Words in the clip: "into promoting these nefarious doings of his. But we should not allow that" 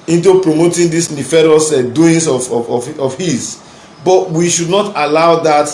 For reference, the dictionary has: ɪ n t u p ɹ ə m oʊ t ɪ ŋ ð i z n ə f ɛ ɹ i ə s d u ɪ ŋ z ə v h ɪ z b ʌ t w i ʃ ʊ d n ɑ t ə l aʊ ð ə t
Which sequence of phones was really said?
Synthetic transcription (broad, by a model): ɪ n t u p ɹ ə m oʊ t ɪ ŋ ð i s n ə f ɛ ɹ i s d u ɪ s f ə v h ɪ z b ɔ t w i ʃ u d n ɑ t ə l aʊ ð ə t